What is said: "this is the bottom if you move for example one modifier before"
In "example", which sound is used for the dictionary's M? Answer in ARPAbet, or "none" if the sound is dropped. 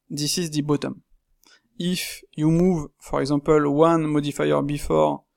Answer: none